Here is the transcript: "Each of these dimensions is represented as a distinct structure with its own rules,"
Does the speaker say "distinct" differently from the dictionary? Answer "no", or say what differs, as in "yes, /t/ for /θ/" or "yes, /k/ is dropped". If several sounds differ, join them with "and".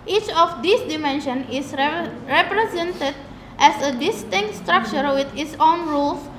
no